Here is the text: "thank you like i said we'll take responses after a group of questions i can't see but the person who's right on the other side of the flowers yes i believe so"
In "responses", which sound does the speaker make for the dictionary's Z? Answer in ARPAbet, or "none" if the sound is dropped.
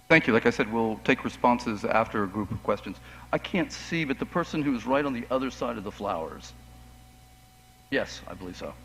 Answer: Z